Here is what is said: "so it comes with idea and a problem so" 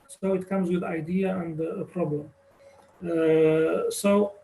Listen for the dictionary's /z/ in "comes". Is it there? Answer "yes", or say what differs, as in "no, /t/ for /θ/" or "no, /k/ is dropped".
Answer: yes